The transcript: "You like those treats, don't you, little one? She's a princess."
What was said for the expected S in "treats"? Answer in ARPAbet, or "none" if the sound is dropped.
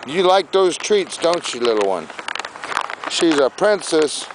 S